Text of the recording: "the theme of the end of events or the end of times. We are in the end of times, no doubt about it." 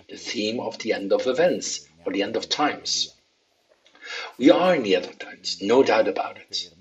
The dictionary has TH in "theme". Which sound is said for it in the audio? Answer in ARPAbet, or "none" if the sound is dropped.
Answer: TH